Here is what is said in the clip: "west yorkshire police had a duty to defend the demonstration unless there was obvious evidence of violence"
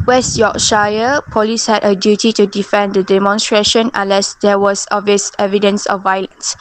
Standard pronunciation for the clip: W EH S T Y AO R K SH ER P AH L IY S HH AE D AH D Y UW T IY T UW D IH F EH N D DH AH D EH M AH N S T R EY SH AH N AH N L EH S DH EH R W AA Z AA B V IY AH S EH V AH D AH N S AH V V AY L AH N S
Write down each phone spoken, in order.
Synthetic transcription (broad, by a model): W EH S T Y AO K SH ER P AH L IY S HH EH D AH D Y UW T IY T UW D IH F EH N D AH D EH M AH N S T R EY SH AH N AH N L EH S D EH W AA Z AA V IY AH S EH V AH D AH N S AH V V AY L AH N S